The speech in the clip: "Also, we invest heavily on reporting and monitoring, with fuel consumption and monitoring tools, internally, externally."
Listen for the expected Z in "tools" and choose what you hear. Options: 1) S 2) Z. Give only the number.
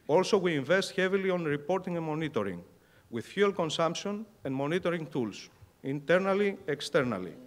1